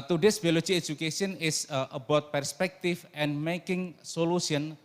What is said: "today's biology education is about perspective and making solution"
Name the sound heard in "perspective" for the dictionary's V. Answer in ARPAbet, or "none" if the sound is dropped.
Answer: F